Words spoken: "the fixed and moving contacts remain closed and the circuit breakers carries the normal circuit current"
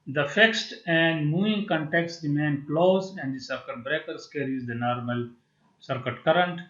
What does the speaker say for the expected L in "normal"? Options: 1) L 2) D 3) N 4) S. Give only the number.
1